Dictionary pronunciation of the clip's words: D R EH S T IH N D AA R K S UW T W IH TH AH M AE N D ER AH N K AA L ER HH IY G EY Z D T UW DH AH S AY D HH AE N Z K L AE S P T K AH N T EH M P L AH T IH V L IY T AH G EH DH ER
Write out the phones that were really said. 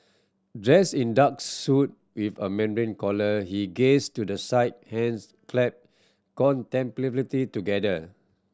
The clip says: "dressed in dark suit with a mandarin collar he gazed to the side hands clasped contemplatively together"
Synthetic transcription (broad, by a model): D R EH S IH N D AA K S UW T W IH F AH M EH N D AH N K AA L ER HH IY G EY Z T UW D AH S AY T HH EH N S K L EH P K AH N T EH M P L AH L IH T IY T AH G EH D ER